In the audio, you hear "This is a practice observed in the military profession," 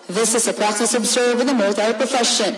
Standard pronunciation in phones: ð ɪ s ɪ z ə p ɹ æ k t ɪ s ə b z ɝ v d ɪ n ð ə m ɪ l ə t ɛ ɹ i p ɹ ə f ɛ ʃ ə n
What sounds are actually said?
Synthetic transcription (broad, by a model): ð ɪ s ɪ z ə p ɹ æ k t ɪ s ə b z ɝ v ɪ ð ə m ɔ ə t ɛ i p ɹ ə f ɛ ʃ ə n